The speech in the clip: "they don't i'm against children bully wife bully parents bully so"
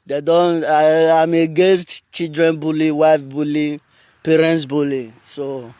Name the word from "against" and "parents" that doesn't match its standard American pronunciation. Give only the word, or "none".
against